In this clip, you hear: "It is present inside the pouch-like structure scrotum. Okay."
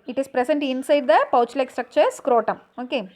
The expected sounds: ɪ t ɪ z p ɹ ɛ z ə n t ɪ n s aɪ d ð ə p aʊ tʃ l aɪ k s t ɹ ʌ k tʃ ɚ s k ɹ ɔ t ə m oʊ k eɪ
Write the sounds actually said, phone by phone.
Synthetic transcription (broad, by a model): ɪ t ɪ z p ɹ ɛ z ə n t ɪ n s aɪ d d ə p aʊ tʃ l aɪ k s t ɹ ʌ k tʃ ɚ s k ɹ ɔ t ə m oʊ k eɪ